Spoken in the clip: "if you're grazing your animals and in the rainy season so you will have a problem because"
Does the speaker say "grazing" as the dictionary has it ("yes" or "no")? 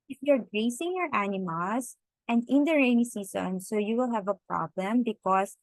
no